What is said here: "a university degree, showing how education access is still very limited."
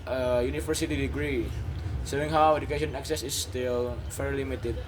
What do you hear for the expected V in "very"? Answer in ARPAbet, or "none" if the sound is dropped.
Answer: F